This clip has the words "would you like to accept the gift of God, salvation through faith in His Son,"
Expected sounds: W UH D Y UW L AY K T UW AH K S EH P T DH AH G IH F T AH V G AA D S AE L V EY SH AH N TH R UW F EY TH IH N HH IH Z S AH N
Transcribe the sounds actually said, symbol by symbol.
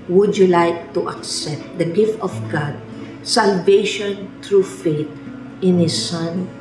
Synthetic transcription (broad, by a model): W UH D Y UW L AY K T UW AH K S EH P T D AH G IH F T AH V G AA D S AE L V EY SH AH N T R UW F EY T IH N HH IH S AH N